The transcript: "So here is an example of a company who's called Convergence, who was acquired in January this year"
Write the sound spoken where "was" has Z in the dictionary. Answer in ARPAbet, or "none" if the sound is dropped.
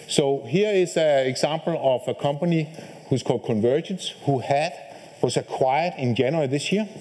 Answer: S